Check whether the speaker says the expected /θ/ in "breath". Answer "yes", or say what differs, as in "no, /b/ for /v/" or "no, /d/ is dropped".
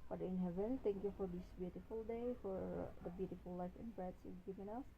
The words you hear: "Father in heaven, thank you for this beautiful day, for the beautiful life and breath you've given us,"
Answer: no, /s/ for /θ/